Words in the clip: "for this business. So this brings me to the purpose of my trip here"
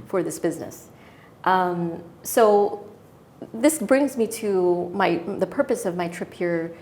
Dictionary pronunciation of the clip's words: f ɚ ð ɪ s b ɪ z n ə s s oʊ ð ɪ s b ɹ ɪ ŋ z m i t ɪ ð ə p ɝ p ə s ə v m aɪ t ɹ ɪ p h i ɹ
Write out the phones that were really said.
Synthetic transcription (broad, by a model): f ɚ ð ɪ s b ɪ z n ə s s oʊ ð ɪ s b ɹ ɪ ŋ z m i t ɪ ð ə p ɝ p ə s ə v m aɪ t ɹ ɪ p h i ɹ